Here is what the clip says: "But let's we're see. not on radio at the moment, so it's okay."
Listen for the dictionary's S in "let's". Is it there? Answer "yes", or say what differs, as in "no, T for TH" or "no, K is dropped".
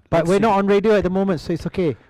no, S is dropped